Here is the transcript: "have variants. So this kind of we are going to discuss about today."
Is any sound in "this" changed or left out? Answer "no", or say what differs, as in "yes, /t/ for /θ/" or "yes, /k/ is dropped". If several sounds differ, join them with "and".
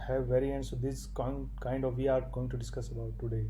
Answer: yes, /s/ is dropped